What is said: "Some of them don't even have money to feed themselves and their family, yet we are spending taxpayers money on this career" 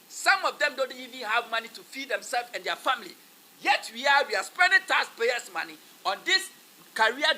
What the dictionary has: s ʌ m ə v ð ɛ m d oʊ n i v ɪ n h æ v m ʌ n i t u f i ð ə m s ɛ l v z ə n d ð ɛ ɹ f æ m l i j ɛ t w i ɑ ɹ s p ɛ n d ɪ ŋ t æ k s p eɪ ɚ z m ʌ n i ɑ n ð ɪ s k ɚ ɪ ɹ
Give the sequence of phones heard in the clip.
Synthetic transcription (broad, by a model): s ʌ m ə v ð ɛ m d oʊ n i v ɪ n h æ v m ʌ n i t u f i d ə m s ɛ l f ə n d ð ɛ f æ m l i j ɛ t w i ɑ w s p ɛ n d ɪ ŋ t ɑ s p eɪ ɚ s m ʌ n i ɑ n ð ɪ s k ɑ ɹ